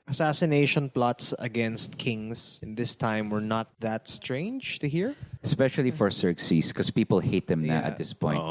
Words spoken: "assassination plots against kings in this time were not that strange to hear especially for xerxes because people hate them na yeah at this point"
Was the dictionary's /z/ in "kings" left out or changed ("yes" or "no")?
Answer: yes